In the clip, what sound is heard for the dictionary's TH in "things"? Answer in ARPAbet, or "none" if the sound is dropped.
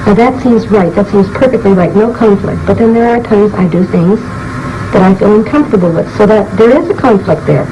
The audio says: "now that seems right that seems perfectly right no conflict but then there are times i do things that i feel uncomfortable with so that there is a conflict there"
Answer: TH